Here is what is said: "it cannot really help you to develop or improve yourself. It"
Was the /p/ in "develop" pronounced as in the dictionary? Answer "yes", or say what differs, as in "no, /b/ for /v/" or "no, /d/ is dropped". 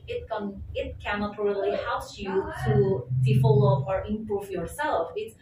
no, /p/ is dropped